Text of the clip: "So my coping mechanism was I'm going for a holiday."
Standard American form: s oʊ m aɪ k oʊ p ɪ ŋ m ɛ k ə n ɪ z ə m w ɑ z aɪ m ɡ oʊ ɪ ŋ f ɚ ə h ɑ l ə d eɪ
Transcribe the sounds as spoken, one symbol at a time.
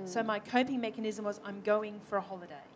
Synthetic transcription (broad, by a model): s oʊ m aɪ k oʊ p ɪ ŋ m ɛ k ə n ɪ z ə m w ɑ z aɪ m ɡ oʊ ɪ ŋ f ɚ ə h ɑ l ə d eɪ